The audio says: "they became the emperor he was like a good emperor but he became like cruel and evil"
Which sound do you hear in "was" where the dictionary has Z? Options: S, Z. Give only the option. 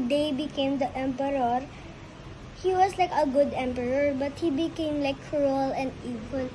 S